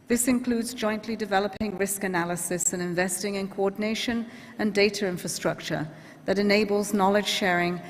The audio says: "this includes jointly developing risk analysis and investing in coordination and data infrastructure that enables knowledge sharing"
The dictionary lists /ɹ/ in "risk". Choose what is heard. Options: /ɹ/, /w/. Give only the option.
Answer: /ɹ/